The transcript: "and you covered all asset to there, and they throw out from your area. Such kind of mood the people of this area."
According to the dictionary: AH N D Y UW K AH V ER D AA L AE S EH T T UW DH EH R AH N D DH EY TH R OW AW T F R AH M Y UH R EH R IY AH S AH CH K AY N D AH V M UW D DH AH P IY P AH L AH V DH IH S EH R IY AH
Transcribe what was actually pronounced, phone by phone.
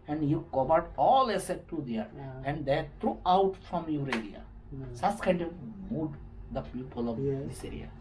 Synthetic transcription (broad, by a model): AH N D Y UW K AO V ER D AA L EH S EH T T UW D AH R AH N D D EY T R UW AW T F R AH M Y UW R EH L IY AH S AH S K AY N D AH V M UW D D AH P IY P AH L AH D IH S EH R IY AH